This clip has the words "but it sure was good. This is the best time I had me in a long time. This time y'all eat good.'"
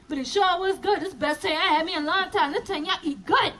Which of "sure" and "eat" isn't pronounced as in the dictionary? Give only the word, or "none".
sure